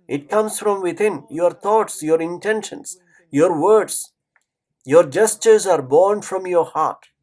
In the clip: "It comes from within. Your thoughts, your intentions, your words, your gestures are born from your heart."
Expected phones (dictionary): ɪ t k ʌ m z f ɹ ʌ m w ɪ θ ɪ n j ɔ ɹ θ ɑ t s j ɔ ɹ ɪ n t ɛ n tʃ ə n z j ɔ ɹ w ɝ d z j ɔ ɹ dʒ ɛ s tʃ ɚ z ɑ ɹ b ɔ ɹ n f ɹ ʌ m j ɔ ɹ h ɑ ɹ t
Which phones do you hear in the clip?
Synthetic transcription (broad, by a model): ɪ t k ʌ m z f ɹ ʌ m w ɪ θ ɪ n j ɔ ɹ t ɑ t s j ɔ ɹ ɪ n t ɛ n ʃ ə n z j ɔ ɹ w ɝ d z j ɔ ɹ dʒ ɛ s tʃ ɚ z ɑ ɹ b ɔ ɹ n f ɹ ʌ m j ɔ ɹ h ɑ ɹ t